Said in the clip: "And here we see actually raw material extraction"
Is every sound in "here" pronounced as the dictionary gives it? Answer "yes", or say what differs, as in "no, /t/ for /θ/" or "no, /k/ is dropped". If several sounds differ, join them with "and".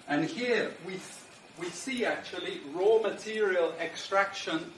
no, /w/ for /ɹ/